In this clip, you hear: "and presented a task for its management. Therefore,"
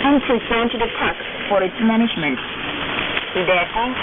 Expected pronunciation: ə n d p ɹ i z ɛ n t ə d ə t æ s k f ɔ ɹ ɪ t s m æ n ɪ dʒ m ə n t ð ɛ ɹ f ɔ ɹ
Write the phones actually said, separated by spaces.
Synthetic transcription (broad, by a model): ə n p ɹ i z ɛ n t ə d ə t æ k f ɔ ɹ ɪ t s m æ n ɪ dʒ m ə n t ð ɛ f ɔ